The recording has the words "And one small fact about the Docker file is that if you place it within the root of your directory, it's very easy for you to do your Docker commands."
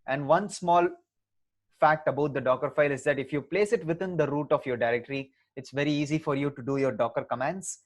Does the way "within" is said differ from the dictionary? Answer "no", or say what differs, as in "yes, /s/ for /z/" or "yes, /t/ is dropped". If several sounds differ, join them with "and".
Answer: yes, /t/ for /θ/